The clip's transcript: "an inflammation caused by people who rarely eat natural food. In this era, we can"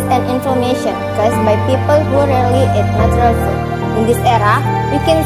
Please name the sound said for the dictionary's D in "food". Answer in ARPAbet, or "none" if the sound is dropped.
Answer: none